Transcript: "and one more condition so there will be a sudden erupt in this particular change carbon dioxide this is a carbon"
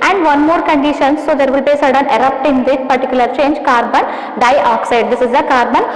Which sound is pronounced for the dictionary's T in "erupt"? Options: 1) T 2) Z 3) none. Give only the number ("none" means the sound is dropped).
1